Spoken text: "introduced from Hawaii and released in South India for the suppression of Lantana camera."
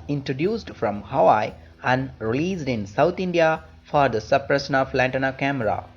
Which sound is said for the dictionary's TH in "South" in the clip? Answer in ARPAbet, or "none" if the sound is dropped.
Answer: T